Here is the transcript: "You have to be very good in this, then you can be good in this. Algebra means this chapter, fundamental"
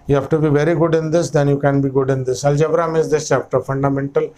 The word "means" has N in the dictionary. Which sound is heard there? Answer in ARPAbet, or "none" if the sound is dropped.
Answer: none